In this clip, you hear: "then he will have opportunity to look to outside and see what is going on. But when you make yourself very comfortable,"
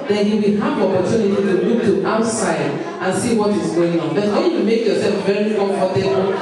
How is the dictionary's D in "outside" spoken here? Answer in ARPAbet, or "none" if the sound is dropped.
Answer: D